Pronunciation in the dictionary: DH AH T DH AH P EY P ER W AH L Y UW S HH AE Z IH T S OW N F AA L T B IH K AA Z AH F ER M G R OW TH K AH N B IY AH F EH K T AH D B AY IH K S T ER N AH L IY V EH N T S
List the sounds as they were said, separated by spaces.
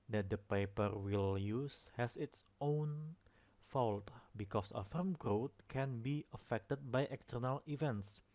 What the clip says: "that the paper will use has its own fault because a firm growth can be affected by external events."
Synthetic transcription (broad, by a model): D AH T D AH P EY P ER W AH L Y UW S HH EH S IH T S OW N F AA L T B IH K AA S AH F ER M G R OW T K AH N B IY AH F EH K T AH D B AY IH K S T ER N AH L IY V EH N T S